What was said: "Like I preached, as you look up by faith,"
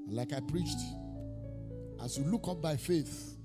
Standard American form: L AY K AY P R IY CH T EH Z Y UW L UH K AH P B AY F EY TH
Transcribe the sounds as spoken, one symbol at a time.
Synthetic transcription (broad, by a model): L AY K AY P R IY CH T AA S Y UW L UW K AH P B AY F EY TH